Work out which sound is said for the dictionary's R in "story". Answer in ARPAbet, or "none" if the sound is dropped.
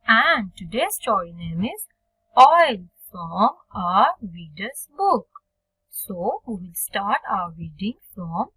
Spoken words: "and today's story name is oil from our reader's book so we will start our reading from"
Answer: none